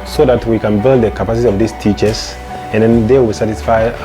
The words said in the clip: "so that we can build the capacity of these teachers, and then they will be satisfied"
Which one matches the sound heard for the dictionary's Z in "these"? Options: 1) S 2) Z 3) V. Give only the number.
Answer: 1